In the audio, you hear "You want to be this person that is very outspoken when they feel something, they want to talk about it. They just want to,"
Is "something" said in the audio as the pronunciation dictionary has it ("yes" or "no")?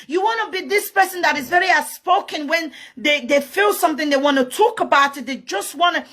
yes